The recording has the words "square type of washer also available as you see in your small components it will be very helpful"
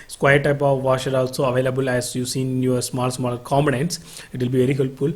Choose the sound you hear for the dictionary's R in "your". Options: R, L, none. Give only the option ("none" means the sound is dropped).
L